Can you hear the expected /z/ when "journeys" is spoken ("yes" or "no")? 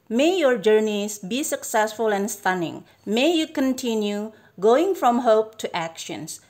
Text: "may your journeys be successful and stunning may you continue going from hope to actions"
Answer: no